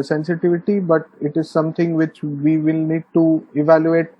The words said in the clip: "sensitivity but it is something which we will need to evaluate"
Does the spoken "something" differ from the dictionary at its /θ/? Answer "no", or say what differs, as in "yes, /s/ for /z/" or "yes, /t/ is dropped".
yes, /t/ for /θ/